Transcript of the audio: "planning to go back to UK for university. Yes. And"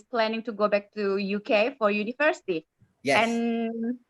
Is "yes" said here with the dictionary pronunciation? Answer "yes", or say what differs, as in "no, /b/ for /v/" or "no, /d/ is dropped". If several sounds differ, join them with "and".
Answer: no, /s/ is dropped